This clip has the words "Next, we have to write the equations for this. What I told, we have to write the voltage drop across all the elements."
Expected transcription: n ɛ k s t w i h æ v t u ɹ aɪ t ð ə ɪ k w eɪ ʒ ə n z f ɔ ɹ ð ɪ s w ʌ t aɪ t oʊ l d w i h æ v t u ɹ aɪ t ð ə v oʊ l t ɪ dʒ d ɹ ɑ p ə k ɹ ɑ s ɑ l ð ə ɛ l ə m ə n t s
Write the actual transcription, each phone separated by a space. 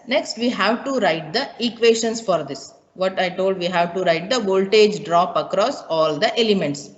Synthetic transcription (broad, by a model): n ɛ k s t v i h æ v t u ɹ aɪ t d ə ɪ k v eɪ ʃ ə n s f ɔ ɹ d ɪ s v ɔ t aɪ t oʊ l d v i h æ v t u ɹ aɪ t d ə v oʊ l t ɪ dʒ d ɹ ɑ p ə k ɹ ɑ s ɑ l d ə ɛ l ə m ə n t s